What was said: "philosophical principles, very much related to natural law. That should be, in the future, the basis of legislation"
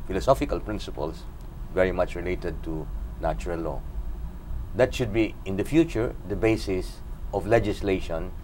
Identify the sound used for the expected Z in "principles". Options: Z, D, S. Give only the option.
S